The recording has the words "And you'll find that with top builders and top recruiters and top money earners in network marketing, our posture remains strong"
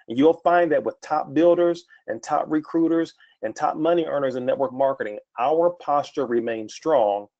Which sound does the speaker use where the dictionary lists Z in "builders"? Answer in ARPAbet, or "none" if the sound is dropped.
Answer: Z